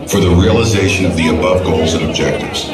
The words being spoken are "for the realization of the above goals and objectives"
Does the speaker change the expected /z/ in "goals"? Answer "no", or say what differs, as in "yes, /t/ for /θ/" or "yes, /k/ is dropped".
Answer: no